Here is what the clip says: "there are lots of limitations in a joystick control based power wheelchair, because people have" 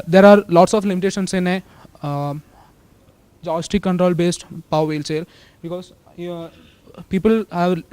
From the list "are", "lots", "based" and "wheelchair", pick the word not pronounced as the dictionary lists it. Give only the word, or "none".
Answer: wheelchair